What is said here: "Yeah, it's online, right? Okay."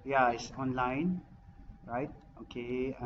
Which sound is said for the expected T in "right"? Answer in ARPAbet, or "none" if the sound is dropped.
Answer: T